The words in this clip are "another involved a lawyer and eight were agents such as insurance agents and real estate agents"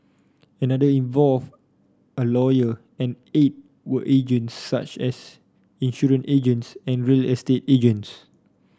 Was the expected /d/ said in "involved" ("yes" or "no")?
no